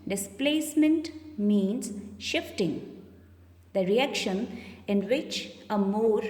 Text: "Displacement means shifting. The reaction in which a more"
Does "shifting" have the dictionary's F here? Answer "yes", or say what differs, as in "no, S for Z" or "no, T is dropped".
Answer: yes